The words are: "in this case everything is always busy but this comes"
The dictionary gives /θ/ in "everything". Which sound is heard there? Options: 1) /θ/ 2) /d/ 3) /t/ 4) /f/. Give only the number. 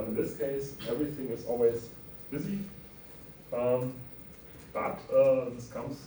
1